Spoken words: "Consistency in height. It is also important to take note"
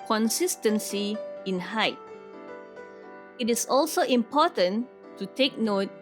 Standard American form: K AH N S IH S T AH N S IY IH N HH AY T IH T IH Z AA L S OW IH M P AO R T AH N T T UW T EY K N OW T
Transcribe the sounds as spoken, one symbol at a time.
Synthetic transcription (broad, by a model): K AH N S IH S T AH N S IY IH N HH AY T IH T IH S AA L S OW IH M P AO T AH N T T UW T EY K N OW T